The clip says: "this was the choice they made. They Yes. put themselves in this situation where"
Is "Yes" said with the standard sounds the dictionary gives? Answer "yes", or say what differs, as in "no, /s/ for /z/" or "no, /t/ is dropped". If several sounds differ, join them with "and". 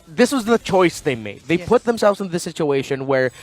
no, /s/ is dropped